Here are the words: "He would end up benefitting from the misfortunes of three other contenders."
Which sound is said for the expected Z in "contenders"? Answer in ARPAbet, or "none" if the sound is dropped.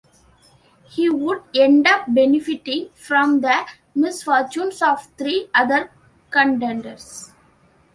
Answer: S